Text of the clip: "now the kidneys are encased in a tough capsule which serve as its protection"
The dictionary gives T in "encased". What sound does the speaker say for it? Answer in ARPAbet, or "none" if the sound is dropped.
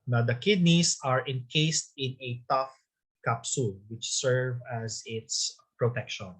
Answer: T